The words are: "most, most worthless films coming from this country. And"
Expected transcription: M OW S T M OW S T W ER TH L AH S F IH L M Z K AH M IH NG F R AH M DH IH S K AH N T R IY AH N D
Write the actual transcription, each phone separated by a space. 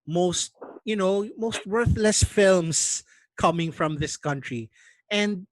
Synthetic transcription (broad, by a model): M OW S T M OW S T W ER TH L AH S F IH L M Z K AH M IH NG F R AH M DH IH S K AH N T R IY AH N D